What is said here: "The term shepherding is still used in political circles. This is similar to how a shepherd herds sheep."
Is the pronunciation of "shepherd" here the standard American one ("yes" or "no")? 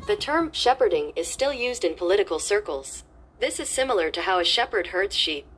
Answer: yes